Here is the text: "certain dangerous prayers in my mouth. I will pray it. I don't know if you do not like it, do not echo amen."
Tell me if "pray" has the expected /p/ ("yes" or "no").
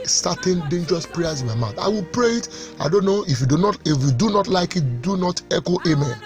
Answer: yes